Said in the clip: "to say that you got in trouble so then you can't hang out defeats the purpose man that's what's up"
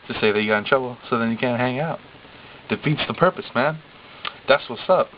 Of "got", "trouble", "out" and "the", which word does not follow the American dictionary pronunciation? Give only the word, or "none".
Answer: trouble